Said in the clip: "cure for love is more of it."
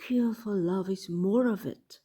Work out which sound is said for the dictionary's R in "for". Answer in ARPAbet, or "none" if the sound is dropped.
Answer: L